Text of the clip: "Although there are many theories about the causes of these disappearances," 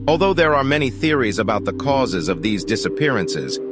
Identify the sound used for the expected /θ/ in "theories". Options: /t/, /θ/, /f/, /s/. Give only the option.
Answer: /θ/